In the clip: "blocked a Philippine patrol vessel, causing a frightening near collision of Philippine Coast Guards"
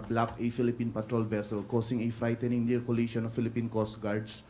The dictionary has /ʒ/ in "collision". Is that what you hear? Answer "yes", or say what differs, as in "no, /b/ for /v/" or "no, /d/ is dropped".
no, /ʃ/ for /ʒ/